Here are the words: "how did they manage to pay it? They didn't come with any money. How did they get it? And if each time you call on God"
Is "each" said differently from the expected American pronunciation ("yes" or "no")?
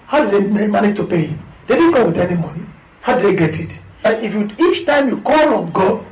no